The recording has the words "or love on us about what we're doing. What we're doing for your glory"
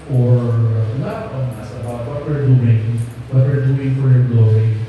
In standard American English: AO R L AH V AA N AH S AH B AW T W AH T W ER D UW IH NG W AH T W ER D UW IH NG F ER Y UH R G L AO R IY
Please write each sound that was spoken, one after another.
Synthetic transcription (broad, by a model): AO R N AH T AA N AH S AH B AW T W AH T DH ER D UW IH NG W AH T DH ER D UW IH NG F ER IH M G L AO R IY